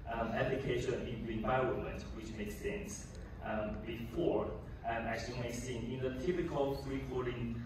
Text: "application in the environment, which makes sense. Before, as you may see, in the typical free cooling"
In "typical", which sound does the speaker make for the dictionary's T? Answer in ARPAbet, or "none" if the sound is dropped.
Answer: T